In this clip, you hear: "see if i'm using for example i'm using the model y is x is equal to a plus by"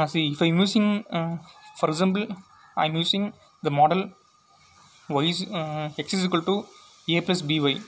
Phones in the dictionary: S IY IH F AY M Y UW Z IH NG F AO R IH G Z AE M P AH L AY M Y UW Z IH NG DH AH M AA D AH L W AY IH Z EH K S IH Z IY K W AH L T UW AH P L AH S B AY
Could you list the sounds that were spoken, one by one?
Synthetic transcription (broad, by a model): S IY IH F AY M Y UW S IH NG F AO R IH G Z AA M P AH L AY M Y UW S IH NG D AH M AA D AH L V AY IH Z EH K S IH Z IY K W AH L T UW AH P L AH S B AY